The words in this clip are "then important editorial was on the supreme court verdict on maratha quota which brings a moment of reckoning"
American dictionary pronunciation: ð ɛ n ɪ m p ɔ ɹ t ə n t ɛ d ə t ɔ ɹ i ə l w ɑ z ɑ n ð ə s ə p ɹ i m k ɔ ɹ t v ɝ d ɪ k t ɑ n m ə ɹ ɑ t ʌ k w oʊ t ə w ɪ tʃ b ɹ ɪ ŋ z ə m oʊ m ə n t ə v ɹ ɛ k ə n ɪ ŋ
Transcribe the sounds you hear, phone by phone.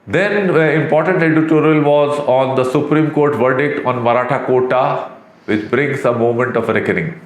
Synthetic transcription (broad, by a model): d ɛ n ɪ m p ɔ ɹ t ə n t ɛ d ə t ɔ ɹ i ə l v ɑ z ɑ n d ə s ə p ɹ i m k ɔ ɹ t v ɝ d ɪ k t ɑ n m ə ɹ ɑ t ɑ k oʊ t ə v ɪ tʃ b ɹ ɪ ŋ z ə m oʊ m ə n t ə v ɹ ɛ k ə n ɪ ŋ